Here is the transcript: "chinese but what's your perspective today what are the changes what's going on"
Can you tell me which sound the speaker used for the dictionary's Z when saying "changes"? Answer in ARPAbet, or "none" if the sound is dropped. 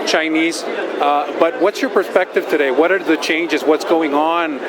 Z